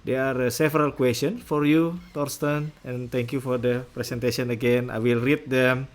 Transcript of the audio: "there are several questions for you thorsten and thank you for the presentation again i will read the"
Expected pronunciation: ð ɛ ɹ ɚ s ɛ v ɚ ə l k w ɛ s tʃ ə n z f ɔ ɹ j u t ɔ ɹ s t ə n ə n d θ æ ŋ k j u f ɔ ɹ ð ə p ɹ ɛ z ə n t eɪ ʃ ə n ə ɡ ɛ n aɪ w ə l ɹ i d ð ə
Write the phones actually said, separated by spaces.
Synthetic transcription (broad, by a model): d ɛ ɹ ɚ s ɛ v ɚ ə l k w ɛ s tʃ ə n f ɔ ɹ j u t ɔ ɹ s t ə n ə n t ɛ ŋ k j u f ɔ ɹ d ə p ɹ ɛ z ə n t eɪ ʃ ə n ə ɡ ɛ n aɪ w ə l ɹ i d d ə